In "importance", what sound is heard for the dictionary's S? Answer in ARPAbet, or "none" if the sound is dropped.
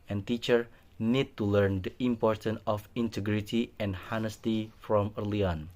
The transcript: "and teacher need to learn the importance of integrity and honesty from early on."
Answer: none